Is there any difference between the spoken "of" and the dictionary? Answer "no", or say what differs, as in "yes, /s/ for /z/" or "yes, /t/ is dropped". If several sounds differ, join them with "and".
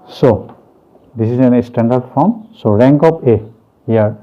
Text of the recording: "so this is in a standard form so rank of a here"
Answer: yes, /p/ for /v/